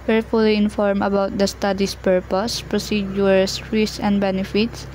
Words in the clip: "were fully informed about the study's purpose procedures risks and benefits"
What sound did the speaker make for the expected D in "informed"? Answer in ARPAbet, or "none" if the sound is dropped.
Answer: none